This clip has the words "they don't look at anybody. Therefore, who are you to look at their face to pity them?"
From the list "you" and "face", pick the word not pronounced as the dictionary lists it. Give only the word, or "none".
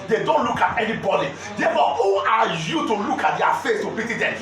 none